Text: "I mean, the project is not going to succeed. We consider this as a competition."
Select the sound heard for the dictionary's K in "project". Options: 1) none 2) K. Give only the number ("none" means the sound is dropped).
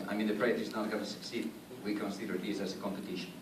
1